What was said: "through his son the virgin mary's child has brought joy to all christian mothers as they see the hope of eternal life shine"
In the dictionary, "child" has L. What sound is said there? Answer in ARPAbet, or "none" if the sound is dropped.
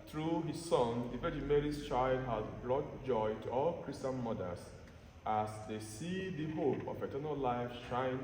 L